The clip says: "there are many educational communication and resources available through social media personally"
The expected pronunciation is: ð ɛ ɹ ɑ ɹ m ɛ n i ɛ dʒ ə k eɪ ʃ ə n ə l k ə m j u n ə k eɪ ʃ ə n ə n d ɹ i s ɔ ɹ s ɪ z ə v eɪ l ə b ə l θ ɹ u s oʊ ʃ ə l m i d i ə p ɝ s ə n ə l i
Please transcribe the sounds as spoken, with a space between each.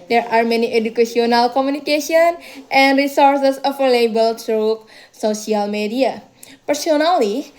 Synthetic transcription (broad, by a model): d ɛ ɹ ɑ ɹ m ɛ n i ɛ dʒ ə k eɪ s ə n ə l k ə m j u n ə k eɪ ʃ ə n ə n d ɹ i s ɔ ɹ s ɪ s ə f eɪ l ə b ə l t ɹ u s oʊ s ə l m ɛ d i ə p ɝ s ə n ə l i